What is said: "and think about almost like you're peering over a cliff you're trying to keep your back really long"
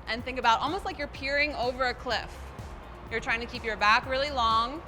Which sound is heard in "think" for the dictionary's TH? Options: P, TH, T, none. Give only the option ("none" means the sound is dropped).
TH